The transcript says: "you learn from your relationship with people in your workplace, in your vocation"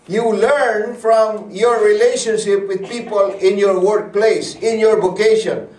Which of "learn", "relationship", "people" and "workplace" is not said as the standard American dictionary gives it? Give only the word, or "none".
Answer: none